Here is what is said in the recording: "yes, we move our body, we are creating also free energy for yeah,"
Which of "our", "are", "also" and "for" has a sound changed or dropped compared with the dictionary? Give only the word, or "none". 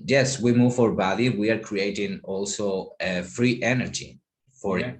none